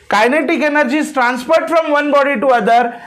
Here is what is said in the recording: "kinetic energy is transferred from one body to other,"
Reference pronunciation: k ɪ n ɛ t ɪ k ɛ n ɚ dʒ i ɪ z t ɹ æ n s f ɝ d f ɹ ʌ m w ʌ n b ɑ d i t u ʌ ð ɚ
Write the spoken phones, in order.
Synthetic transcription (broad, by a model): k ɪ n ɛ t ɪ k ɛ n ɚ dʒ i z t ɹ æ n s p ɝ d f ɹ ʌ m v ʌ n b ɑ d i t u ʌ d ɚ